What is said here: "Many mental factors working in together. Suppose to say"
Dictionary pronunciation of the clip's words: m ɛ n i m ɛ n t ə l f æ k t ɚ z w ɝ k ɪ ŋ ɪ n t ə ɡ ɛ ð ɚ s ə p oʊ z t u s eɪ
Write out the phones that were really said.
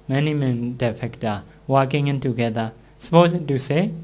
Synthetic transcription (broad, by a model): m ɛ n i m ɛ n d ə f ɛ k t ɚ w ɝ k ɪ ŋ ɪ n t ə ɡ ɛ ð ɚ s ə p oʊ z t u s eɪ